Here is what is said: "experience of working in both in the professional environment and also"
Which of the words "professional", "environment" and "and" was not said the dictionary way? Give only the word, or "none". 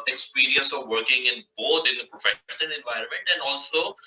none